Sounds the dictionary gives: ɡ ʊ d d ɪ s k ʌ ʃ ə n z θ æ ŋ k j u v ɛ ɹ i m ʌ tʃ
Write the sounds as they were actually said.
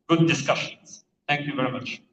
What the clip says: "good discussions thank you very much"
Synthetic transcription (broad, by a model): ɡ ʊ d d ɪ s k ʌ ʃ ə n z t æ ŋ k j u v ɛ ɹ i m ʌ tʃ